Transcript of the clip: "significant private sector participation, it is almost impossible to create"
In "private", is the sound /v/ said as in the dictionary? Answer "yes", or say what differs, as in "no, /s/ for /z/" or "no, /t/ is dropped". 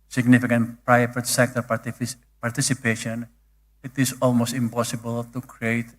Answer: no, /f/ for /v/